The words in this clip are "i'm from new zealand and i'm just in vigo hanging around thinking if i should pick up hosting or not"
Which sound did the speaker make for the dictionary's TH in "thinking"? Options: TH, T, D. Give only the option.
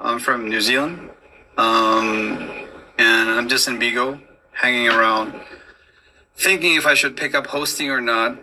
TH